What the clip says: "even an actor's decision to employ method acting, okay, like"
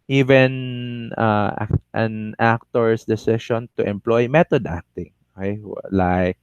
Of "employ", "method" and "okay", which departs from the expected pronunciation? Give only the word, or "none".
method